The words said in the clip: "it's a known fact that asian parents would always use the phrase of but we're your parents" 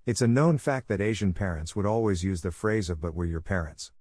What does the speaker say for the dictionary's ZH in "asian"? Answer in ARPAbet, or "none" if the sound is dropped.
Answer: ZH